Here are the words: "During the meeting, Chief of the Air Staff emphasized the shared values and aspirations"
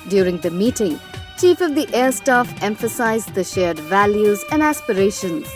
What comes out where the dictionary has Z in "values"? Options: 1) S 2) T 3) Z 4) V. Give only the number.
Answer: 3